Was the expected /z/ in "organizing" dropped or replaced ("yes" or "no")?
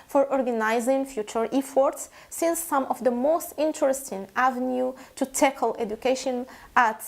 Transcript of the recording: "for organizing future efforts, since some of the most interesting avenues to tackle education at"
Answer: no